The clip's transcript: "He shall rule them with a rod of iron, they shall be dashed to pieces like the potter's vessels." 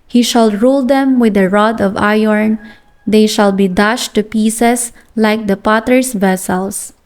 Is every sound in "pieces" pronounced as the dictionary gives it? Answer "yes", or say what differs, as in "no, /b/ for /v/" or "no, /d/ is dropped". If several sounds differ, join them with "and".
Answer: no, /s/ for /z/